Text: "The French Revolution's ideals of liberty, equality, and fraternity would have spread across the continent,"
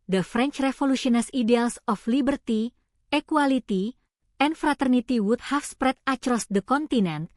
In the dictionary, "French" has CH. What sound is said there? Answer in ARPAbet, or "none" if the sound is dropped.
CH